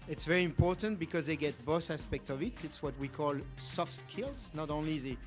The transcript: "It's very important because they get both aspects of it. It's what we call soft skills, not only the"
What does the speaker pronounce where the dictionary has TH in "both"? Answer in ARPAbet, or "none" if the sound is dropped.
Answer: S